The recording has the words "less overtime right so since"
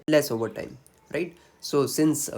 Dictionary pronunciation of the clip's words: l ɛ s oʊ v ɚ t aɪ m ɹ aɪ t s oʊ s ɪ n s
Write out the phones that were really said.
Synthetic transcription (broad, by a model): l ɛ s oʊ v ɚ t aɪ m ɹ aɪ t s oʊ s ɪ n s